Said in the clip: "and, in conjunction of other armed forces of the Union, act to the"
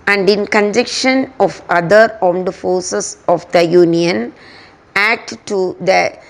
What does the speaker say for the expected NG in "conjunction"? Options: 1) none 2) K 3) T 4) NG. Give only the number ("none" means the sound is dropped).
1